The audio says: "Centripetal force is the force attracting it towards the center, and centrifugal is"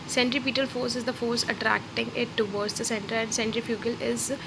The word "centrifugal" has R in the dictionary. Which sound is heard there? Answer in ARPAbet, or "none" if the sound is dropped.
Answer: R